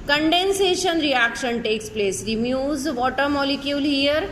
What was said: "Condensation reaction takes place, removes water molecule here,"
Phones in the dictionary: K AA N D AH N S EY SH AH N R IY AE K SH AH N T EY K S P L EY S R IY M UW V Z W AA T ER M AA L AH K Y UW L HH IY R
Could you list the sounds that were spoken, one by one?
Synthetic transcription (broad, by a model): K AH N D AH N S EY SH AH N R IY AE K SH AH N T EY K S P L EY S R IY M UW Z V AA T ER M AA L AH K Y UW L HH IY R